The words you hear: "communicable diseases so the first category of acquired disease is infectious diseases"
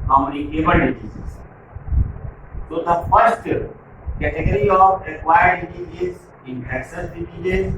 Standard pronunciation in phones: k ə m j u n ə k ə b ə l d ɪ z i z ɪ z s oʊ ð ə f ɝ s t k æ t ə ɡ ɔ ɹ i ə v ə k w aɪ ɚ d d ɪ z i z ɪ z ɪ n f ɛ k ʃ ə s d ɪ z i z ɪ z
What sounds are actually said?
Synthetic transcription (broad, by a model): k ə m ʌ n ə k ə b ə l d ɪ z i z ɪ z s oʊ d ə f ɝ s t k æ t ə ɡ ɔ ɹ i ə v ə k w aɪ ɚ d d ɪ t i ɪ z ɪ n ɛ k s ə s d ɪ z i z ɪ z